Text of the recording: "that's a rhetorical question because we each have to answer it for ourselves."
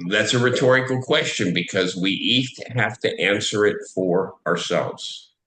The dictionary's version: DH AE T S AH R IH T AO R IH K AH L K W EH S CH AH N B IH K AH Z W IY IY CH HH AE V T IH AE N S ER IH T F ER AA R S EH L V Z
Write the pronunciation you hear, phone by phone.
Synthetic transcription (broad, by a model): DH AE T S AH R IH T AO R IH K L K W EH S CH AH N B IH K AH Z W IY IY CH HH AE F T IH AE N S ER IH T F ER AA R S EH L V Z